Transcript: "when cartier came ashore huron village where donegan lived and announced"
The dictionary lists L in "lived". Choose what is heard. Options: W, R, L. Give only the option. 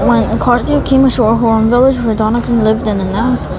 L